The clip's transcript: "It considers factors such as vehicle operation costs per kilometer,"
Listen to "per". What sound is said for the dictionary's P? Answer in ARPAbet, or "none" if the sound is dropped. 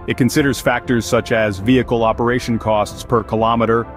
P